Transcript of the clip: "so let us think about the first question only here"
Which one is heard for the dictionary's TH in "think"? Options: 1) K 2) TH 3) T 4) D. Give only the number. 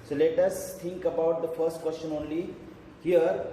3